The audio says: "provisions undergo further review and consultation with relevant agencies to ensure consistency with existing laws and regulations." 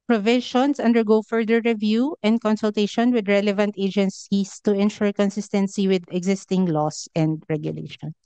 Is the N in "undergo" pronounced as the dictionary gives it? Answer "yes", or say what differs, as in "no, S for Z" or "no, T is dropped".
yes